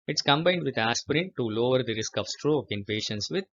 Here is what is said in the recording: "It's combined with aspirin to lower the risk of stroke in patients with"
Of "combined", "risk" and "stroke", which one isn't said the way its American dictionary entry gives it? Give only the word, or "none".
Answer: none